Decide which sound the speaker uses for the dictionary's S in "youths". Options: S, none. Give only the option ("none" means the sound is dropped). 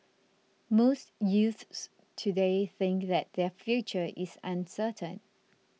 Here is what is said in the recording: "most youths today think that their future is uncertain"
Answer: S